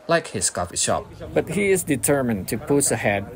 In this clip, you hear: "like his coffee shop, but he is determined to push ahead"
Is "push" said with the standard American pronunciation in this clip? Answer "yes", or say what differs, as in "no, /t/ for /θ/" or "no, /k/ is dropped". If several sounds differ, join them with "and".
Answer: no, /s/ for /ʃ/